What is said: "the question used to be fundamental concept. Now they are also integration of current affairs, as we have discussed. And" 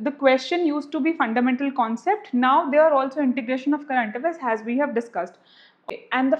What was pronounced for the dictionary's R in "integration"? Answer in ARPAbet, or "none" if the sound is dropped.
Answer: R